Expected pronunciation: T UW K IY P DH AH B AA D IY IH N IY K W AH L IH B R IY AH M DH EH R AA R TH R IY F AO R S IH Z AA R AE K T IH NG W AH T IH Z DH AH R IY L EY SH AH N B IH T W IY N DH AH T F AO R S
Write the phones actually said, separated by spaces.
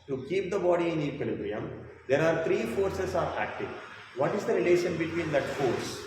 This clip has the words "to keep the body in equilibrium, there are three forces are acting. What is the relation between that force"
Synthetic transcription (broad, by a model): T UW K IY P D AH B AA D IY IH N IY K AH L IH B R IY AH M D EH R AA R T R IY F AO R S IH S AA R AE K T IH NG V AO T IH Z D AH R IY L EY SH AH N B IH T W IY N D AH T F AO R S